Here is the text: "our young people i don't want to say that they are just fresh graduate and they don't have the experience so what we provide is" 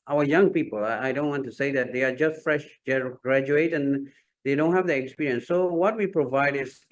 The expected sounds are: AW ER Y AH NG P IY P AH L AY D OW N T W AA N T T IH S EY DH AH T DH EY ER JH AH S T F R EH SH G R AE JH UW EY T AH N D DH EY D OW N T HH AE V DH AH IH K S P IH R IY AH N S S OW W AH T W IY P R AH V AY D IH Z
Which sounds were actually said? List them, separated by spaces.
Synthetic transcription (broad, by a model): AW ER Y AH NG P IY P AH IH AY D OW N T W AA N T T IH S EY DH AH T DH EY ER JH AH S T F R EH SH G R AE JH UW EY T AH N DH EY D OW N T HH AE V DH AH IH K S P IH R IY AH N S S OW W AH T W IY P R AH V AY D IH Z